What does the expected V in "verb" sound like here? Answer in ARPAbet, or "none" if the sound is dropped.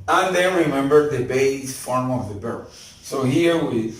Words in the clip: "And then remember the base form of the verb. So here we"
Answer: B